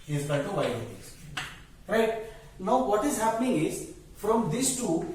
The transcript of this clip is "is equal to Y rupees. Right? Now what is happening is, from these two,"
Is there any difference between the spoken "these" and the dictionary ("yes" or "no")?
yes